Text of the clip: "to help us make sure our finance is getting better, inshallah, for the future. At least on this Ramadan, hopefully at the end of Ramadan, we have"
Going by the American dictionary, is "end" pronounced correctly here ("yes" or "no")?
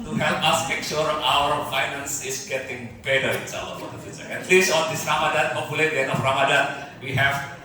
no